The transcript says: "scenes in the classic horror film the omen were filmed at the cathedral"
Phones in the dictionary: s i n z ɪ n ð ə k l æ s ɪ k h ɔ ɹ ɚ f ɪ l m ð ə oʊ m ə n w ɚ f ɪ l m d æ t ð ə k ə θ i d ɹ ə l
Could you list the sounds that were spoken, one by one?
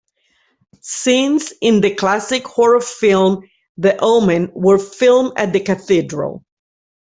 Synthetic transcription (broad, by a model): s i n s ɪ n ð ə k l æ s ɪ k h ɔ ɹ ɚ f ɪ l m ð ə oʊ m ə n w ɚ f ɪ l m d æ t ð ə k ə θ i d ɹ ə l